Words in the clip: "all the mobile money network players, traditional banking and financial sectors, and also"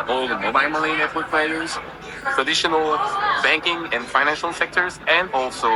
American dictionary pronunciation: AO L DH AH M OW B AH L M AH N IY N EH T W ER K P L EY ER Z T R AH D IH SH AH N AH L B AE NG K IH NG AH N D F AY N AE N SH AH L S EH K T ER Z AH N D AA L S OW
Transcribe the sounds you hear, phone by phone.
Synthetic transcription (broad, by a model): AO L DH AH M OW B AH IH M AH L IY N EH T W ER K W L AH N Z T R AH D IH SH AH N AH L B AE NG K IH NG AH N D F AY N AE N SH AH L S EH K T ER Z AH N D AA L S OW